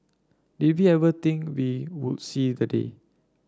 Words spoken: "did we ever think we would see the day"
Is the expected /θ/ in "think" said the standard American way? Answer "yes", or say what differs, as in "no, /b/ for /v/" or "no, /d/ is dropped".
no, /t/ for /θ/